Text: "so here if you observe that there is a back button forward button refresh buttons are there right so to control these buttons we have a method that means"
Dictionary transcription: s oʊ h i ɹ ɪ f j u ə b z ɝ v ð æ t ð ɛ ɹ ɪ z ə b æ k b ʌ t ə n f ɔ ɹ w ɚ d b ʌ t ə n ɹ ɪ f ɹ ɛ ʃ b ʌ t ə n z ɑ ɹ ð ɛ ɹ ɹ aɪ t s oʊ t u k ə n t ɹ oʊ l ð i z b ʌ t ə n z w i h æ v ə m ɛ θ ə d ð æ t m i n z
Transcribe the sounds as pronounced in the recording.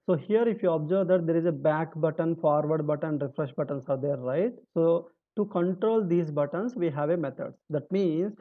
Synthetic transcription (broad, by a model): s oʊ h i ɹ ɪ f j u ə b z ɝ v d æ t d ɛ ɹ ɪ z ə b æ k b ʌ t ə n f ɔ ɹ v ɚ d b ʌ t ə n ɹ ɪ f ɹ ɛ ʃ b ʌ t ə n s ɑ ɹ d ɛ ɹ ɹ aɪ t s oʊ t u k ə n t ɹ oʊ l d i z b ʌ t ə n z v i h æ v ə m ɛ t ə d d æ t m i n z